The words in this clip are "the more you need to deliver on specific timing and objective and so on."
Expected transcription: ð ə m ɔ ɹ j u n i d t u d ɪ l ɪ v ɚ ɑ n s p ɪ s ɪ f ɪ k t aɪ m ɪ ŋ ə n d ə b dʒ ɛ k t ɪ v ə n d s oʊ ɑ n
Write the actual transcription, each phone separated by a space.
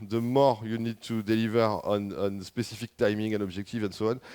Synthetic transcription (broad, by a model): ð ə m ɔ ɹ j u n i d t u d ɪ l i v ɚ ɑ n s p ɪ s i f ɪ k t aɪ m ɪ ŋ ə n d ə b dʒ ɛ k t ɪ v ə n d s oʊ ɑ n